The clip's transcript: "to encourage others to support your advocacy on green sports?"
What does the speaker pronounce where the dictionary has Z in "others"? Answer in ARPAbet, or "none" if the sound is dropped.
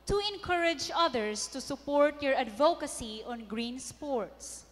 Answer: S